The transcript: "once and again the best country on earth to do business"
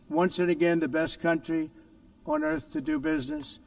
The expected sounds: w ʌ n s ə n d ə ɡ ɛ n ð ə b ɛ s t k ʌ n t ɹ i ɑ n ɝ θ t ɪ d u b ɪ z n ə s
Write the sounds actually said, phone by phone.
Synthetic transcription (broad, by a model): w ʌ n s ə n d ə ɡ ɛ n ð ə b ɛ s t k ʌ n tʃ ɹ i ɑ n ɝ θ t ɪ d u b ɪ z n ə s